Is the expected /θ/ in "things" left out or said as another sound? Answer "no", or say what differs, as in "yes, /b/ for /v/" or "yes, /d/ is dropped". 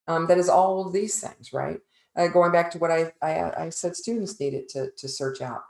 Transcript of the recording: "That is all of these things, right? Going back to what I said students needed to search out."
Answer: no